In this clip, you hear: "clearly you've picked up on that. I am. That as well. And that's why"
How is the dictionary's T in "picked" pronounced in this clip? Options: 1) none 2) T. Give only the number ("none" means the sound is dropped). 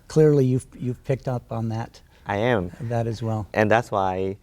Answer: 2